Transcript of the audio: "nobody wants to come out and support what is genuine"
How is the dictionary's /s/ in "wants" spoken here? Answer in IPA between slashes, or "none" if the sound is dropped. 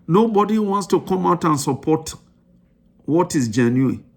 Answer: /s/